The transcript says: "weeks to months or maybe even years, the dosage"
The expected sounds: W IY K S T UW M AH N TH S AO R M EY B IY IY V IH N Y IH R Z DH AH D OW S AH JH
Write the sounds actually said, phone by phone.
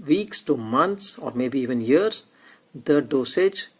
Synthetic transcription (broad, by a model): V IY K S T UW M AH N T S AO R M EY B IY IY V IH N Y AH R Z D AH D OW S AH JH